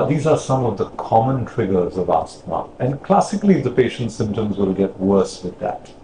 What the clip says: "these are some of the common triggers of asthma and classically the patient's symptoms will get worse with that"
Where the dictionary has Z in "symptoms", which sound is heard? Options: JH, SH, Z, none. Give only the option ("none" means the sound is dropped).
Z